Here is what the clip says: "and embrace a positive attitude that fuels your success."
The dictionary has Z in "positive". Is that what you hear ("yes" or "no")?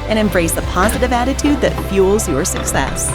yes